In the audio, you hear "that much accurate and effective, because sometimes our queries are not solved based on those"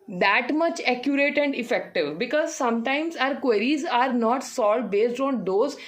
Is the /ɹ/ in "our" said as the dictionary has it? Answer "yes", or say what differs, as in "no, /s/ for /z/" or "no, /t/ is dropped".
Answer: yes